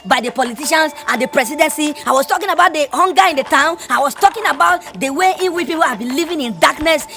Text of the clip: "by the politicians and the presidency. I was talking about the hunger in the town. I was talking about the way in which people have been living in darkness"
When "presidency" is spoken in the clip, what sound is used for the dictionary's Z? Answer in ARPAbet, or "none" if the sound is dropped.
S